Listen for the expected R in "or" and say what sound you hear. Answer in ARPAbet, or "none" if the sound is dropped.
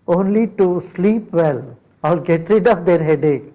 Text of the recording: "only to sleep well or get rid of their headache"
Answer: L